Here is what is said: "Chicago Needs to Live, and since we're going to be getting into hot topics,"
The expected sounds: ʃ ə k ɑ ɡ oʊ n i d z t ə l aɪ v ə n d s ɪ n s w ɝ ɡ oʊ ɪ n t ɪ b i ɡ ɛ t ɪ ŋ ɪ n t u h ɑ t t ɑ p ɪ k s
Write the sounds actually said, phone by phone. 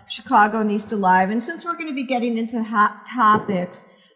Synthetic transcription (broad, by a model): ʃ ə k ɑ ɡ oʊ n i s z t ə l aɪ v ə n s ɪ n s w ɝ ɡ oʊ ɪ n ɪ b i ɡ ɛ t ɪ ŋ ɪ n t u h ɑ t t ɑ p ɪ k s